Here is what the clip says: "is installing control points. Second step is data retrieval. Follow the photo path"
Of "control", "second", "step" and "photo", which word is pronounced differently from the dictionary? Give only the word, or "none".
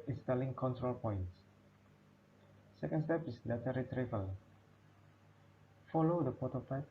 photo